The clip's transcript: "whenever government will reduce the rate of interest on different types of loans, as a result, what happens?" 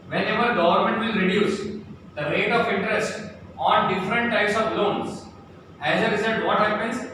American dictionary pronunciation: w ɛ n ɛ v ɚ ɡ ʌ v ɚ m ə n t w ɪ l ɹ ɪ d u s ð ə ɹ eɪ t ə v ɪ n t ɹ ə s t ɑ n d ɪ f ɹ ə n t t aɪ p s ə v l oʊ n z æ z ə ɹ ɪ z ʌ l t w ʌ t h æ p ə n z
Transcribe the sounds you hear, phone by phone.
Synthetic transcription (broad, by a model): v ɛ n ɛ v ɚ ɡ ʌ v ɚ m ə n t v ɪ l ɹ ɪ d u s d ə ɹ eɪ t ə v ɪ n t ɹ ə s t ɑ n d ɪ f ɹ ə n t t aɪ p s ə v l oʊ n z æ z ə ɹ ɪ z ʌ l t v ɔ t h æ p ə n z